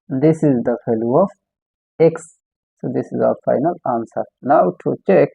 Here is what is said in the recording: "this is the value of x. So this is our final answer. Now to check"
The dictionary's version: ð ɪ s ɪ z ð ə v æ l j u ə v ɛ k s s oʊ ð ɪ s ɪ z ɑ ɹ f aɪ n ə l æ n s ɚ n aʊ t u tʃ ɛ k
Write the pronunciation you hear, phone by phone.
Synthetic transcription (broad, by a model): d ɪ s ɪ z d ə f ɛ l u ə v ɛ k s s oʊ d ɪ s ɪ z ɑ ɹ f aɪ n ə l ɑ n s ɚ n aʊ t u tʃ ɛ k